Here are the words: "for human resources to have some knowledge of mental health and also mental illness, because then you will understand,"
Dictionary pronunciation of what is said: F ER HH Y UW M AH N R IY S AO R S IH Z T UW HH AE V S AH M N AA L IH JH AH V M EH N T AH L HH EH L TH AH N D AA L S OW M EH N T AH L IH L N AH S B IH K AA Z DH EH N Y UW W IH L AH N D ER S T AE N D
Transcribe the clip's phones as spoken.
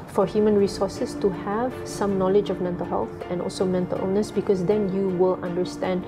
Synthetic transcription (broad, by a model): F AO HH Y UW M AH N R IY S AO S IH S T UW HH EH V S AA M N AA L IH JH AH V M EH N T AH L HH EH L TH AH N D AA L S OW M EH N T AH L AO N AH S B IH K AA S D EH N Y UW W IH L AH N D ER S T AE N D